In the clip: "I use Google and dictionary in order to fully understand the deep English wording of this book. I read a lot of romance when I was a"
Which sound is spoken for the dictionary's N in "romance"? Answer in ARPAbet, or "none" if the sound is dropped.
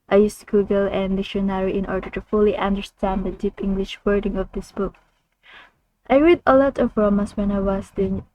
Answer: none